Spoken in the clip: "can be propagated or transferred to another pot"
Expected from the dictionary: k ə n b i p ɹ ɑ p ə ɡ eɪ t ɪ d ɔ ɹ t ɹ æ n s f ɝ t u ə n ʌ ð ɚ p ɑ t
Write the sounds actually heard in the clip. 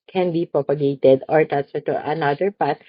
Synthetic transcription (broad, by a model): k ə n b i p ɹ ɑ p ə ɡ eɪ t ɪ d ɔ ɹ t æ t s ɝ t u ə n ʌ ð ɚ p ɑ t